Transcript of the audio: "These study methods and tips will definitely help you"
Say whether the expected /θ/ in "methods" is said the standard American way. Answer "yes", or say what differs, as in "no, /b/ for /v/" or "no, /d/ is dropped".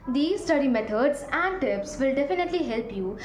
no, /t/ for /θ/